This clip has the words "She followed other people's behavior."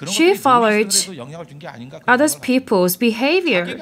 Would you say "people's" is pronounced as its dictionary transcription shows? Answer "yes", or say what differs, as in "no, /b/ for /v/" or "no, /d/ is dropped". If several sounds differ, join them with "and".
yes